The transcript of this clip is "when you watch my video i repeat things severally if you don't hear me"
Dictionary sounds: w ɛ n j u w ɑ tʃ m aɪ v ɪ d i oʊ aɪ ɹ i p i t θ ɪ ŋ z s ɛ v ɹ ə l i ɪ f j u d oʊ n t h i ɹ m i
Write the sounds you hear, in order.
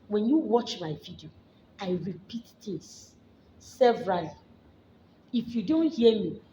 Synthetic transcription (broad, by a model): w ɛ n j u w ɑ tʃ m aɪ v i d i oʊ aɪ ɹ i p i t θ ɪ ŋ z s ɛ v ɹ ə l i ɪ f j u d oʊ n t h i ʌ m i